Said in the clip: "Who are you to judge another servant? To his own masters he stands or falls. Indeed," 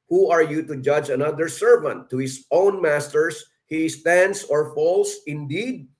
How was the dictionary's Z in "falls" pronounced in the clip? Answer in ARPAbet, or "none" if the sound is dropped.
S